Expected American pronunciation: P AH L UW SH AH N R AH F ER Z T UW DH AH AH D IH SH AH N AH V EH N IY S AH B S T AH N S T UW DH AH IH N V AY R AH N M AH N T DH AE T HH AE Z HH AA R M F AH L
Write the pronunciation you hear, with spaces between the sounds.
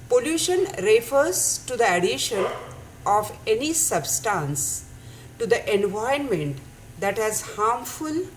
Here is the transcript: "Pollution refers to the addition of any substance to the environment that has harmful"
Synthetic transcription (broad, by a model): P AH L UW SH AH N R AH F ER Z T UW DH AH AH D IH SH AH N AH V EH N IY S AH B S T AH N S T UW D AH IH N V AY AH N M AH N T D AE T HH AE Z HH AA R M F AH L